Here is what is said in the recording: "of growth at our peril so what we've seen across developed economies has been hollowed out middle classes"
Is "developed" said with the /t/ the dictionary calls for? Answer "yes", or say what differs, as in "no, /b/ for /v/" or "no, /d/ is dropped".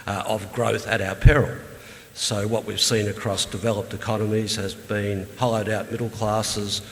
yes